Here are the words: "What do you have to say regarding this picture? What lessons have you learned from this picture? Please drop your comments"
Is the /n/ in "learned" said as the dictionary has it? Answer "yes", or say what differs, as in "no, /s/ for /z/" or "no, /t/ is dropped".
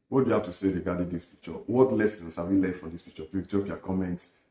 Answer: no, /n/ is dropped